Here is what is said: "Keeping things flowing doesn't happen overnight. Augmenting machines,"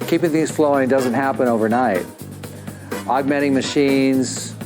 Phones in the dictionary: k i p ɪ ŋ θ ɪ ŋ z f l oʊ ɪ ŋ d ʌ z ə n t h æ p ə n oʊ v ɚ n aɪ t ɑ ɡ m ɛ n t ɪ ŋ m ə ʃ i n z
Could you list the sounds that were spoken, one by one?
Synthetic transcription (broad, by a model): k i p ɪ ŋ θ ɪ ŋ z f l oʊ ɪ ŋ d ʌ z ə n t h æ p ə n oʊ v ɚ n aɪ t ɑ ɡ m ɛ t ɪ ŋ m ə ʃ i n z